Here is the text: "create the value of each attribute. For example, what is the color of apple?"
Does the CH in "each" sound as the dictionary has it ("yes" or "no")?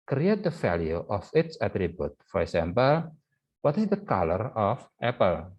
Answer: no